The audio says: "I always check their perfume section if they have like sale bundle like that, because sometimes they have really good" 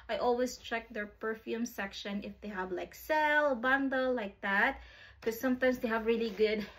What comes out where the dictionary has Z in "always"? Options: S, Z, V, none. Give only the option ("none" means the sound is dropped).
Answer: S